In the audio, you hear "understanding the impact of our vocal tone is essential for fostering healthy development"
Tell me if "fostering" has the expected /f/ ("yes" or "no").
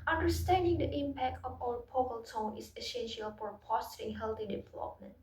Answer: no